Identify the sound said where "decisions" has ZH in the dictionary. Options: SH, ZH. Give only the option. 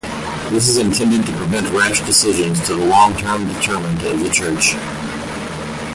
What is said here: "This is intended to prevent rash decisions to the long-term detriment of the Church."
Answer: ZH